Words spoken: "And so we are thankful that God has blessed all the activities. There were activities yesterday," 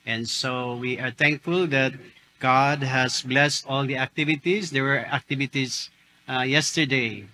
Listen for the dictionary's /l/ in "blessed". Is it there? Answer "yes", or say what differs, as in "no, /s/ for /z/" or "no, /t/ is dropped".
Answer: yes